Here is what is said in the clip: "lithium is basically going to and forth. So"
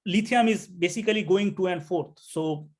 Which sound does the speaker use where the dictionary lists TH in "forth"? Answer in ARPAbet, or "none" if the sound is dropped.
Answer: T